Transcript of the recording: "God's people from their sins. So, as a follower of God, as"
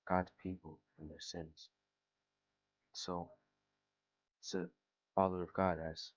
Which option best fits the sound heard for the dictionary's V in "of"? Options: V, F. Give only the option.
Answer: V